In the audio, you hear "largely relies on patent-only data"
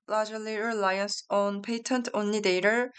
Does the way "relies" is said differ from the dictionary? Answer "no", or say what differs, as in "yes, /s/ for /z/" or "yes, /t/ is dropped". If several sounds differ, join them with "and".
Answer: yes, /s/ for /z/